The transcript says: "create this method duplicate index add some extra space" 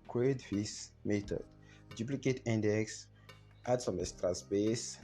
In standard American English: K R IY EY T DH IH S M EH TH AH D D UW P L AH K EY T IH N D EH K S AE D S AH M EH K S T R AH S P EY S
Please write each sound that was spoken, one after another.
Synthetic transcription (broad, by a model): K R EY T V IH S M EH T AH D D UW P L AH K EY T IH N D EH K S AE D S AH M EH S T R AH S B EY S